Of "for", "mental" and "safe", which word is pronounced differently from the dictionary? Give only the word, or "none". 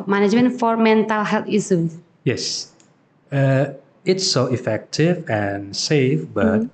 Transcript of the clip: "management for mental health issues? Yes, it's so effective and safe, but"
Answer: none